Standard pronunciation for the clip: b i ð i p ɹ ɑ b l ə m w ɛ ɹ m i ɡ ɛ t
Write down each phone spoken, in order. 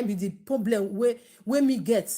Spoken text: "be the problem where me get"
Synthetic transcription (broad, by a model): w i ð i p ɹ ɑ b l ə m w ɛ w m i ɡ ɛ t